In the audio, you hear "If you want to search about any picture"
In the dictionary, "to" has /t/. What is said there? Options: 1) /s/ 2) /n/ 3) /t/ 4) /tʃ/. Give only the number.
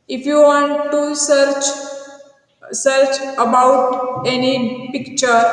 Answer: 1